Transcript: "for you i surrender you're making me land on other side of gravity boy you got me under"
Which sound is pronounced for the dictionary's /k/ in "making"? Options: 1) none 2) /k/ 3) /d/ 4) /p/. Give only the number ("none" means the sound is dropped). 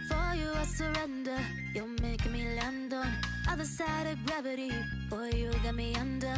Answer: 1